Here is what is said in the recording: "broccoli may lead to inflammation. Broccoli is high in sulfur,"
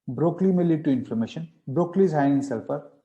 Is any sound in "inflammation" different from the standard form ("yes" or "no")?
yes